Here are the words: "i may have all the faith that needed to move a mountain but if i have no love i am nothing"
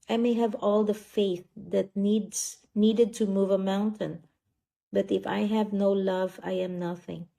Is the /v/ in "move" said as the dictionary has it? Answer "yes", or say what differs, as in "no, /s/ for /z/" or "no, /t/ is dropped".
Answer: yes